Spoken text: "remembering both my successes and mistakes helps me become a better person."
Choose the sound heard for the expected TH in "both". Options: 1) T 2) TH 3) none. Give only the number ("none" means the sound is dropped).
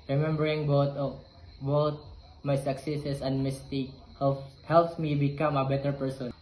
1